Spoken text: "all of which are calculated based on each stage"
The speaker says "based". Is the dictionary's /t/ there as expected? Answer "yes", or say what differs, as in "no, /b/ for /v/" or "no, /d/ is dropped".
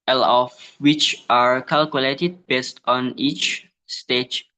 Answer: yes